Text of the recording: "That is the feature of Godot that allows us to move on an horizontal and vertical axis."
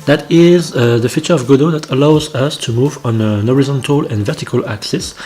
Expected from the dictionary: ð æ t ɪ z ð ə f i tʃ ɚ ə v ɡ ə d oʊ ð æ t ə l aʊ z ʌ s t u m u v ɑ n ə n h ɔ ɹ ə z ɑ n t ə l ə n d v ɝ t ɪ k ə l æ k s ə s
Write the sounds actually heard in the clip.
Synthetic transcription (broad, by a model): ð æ t ɪ z ð ə f i tʃ ɚ ə v ɡ ə d oʊ ð æ t ə l aʊ z ʌ s t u m u v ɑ n ə n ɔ ɹ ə z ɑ n t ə l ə n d v ɝ t ɪ k ə l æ k s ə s